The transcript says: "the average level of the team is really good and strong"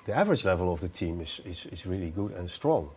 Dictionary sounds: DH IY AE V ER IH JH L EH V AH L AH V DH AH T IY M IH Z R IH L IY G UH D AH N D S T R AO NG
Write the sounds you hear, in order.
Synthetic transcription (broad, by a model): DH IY AE V ER IH JH L EH V AH L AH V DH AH T IY M IH Z R IH L IY G UH D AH N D S T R AO NG